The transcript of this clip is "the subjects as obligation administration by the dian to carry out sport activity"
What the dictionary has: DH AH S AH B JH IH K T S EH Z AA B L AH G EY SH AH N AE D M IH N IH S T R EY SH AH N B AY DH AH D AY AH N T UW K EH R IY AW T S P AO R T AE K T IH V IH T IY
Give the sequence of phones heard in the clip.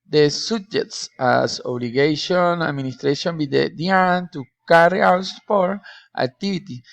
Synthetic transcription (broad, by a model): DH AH S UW JH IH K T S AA S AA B L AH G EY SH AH N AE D M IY N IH S T R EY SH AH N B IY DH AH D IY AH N T UW K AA R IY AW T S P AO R T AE K T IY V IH T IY